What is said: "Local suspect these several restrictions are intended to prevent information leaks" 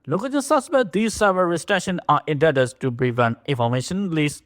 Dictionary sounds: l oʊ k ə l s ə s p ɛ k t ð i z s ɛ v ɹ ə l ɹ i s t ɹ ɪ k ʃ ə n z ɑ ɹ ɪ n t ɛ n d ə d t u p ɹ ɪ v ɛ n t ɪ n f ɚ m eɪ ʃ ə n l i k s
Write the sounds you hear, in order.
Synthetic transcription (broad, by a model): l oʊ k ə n s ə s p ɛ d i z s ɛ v ə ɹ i s t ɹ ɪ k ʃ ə n ɑ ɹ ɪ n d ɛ d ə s t u p ɹ ɪ v ɛ n t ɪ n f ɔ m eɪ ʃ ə n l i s